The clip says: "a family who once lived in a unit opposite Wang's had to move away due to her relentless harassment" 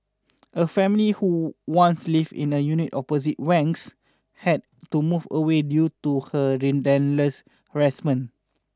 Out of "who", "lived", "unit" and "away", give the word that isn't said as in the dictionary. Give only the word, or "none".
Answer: lived